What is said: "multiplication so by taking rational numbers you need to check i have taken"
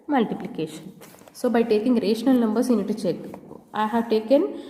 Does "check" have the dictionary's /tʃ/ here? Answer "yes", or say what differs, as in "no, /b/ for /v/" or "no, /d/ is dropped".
yes